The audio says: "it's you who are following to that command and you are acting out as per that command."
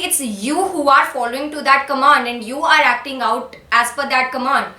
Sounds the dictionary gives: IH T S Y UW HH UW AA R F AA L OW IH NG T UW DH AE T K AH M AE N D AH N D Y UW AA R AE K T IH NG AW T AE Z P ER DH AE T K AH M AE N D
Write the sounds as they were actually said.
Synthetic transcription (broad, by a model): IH T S Y UW HH UW AA R F AA L OW IH NG T UW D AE T K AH M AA N D AH N D Y UW AA R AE K T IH NG AW T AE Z F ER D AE T K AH M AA N D